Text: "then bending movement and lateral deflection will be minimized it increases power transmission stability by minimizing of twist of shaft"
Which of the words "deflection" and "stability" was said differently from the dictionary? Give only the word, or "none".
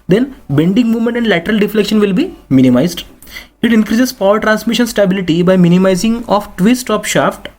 none